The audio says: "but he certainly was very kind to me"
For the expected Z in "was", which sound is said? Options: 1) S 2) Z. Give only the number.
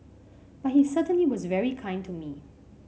2